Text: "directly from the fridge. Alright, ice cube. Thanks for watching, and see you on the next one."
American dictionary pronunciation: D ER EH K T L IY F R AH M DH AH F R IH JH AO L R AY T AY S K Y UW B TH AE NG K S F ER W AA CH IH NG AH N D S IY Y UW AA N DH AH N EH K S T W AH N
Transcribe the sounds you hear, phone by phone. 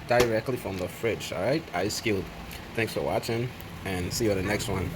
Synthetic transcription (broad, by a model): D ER EH K T L IY F R AH M DH AH F R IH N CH R AY T AY S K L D TH AE NG K S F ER W AA CH IH NG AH N S IY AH DH AH N EH K S T W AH N